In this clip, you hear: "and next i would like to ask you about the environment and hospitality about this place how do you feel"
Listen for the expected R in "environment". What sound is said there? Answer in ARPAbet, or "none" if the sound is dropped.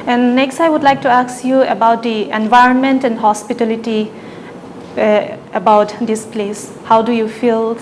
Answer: R